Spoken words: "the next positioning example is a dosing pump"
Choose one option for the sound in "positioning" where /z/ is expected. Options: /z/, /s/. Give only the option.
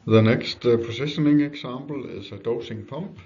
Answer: /s/